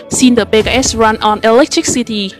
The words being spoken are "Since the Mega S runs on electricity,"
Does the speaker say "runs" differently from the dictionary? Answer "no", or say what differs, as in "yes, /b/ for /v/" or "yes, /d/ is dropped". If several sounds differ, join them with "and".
yes, /z/ is dropped